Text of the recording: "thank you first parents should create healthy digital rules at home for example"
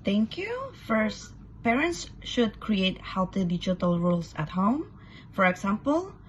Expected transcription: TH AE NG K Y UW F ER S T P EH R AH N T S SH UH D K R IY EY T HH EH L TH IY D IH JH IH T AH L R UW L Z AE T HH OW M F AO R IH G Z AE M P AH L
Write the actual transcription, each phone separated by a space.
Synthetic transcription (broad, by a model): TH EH NG K Y UW F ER S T P EH R AH N T S SH UH D K R IY EY T HH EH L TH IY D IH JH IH T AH L R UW L S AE T HH OW M F AO R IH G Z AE M P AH L